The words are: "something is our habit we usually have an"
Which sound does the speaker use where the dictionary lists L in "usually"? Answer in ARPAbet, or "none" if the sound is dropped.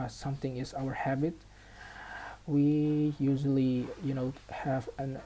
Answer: N